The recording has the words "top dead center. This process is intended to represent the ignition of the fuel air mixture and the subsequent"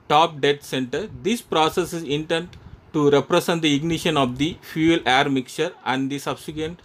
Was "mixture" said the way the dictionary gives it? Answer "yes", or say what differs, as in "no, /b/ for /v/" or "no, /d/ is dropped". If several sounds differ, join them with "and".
no, /s/ is dropped